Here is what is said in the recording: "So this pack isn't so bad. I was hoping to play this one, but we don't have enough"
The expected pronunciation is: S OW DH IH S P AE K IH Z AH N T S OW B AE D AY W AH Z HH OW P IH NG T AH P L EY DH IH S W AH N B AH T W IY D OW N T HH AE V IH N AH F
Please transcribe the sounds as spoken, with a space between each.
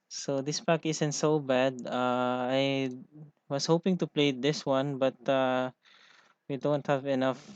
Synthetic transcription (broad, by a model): S OW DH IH S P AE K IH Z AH N T S OW B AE D AY W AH S HH OW P IH NG T AH P L EY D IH S W AH N B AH T W IY D OW N T HH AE V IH N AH F